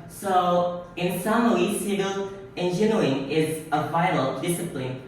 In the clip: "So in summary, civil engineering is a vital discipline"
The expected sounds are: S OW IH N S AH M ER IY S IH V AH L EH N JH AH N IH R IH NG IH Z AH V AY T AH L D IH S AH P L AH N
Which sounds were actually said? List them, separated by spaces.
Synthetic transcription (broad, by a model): S OW IH N S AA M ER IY S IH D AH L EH N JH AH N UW IH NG IH Z AH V AY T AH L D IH S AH P L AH N